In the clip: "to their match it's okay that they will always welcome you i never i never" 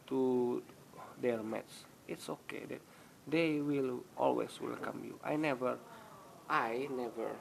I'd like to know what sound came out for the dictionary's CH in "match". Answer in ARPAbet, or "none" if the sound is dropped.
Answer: S